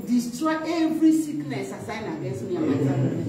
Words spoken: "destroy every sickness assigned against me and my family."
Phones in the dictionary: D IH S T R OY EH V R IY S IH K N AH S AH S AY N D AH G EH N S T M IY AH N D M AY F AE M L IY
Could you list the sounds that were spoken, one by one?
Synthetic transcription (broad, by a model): D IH S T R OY EH V R IY S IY K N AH S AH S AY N AH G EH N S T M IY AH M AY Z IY